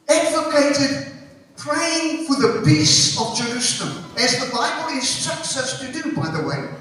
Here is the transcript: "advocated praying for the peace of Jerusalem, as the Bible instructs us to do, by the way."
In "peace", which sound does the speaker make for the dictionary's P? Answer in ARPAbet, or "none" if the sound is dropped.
B